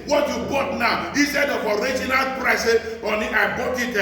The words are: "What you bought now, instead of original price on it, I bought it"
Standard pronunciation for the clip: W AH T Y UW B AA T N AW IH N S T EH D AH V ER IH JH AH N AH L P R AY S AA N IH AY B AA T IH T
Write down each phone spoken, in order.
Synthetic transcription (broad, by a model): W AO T Y UW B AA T N AW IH S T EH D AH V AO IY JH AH N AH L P R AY S AA N IH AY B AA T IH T